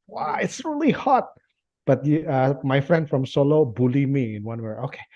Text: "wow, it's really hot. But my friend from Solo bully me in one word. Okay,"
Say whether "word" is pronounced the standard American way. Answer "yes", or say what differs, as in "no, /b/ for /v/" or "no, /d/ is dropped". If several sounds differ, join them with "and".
no, /d/ is dropped